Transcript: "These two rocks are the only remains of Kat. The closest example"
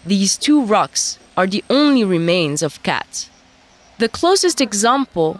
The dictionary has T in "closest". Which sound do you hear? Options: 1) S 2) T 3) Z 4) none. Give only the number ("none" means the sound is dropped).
2